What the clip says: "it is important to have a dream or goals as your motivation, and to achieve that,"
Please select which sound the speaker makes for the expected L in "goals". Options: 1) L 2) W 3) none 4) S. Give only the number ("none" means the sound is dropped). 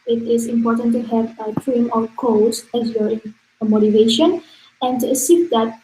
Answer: 3